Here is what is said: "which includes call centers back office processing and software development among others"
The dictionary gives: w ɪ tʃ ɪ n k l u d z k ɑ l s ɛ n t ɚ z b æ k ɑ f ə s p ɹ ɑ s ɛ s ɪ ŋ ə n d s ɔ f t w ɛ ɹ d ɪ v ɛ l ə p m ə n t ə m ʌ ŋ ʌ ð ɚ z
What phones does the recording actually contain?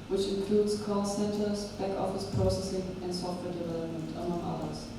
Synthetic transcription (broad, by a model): w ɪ tʃ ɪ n k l u d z k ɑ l s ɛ n t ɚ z b æ k ɑ f ə s p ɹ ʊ s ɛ s ɪ ŋ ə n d s ɔ f t w ɛ ɹ d ɪ v ɛ l ə p m ə n t ə m ʌ ŋ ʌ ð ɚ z